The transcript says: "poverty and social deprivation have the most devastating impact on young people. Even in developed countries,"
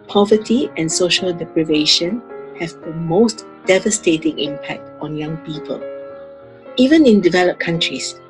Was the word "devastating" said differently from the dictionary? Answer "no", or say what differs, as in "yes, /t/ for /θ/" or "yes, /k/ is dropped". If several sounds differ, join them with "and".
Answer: no